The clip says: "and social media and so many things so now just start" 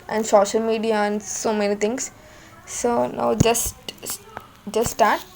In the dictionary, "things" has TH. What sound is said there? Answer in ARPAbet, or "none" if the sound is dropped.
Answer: T